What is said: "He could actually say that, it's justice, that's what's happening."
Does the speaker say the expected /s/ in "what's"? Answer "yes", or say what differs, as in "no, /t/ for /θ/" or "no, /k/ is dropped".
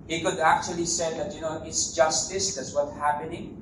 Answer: no, /s/ is dropped